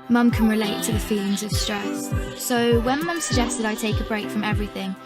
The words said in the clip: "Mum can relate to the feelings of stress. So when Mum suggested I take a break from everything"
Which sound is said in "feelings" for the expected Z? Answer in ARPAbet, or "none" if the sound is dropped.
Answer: Z